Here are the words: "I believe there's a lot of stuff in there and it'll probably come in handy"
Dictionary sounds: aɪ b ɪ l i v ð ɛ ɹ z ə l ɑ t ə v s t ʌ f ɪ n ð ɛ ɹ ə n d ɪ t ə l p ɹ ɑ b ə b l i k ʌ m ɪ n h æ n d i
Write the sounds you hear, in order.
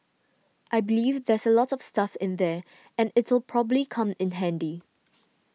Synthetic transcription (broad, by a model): aɪ b ɪ l i v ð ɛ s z ə l ɑ t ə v s t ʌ f ɪ n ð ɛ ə n ɪ t ə l p ɹ ɑ b ə b l i k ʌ m ɪ n h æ n d i